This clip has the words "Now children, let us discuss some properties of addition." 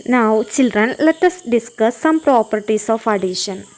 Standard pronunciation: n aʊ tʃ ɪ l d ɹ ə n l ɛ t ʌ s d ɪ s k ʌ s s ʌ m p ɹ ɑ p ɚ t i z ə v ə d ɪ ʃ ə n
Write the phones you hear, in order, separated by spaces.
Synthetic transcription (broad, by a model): n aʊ tʃ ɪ l d ɹ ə n l ɛ t ʌ s d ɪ s k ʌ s s ʌ m p ɹ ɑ p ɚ t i s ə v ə d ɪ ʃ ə n